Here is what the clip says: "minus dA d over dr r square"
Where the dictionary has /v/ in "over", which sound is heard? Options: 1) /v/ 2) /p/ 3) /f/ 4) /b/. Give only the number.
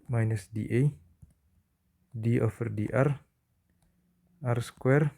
3